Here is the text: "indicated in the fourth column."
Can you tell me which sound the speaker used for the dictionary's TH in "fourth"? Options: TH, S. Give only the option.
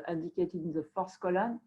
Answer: S